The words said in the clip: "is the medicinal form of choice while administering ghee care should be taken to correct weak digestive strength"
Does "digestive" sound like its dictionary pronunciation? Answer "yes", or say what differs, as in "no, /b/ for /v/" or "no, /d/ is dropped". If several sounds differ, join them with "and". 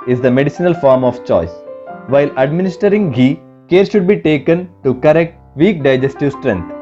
yes